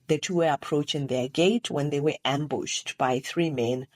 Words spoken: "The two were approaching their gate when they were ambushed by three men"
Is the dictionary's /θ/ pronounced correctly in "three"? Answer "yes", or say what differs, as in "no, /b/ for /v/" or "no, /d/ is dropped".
yes